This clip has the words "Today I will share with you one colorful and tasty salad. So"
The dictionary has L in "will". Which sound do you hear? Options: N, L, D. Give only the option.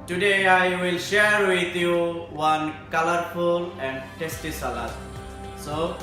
L